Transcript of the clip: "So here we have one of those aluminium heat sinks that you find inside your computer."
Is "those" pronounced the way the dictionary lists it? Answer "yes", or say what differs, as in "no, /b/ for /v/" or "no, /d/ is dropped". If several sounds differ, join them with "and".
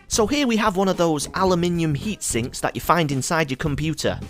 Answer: yes